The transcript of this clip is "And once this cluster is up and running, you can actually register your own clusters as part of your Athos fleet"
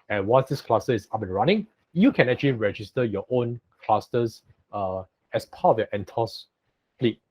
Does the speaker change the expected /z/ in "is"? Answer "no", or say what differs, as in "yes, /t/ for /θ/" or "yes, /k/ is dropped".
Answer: yes, /s/ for /z/